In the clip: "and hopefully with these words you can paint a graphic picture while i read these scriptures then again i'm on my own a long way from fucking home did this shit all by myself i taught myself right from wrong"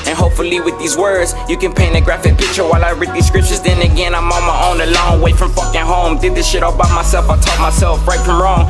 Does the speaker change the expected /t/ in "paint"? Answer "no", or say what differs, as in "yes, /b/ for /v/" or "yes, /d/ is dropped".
yes, /t/ is dropped